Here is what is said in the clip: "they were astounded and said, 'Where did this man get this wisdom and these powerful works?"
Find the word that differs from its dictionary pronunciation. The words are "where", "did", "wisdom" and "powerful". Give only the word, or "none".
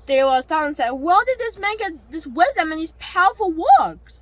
where